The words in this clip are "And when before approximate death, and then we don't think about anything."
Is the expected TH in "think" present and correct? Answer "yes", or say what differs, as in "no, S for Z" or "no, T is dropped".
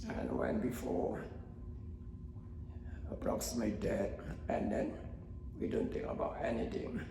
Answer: no, T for TH